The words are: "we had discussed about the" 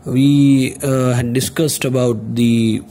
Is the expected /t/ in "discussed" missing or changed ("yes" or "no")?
no